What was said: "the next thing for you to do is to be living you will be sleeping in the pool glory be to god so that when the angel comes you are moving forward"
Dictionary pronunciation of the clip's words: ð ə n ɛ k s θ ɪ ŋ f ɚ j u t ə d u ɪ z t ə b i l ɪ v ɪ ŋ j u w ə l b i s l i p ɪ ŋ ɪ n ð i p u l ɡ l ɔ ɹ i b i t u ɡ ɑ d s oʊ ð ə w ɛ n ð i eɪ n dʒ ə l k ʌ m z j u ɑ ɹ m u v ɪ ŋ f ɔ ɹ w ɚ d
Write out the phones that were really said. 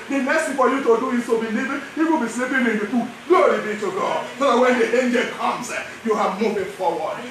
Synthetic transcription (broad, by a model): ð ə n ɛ s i f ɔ j u t ə d u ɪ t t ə b i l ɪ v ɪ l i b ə b i s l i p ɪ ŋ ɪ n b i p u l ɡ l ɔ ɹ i b i t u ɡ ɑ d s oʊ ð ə w ɛ n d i eɪ n dʒ ə l k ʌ m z j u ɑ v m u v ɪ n f ɔ w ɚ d